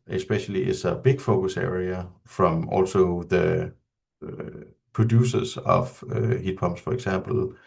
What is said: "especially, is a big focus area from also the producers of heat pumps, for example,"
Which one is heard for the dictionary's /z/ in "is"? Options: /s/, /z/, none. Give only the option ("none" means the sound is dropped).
/s/